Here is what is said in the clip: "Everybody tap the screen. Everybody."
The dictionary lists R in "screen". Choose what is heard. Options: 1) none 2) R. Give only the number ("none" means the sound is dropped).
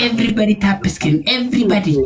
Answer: 1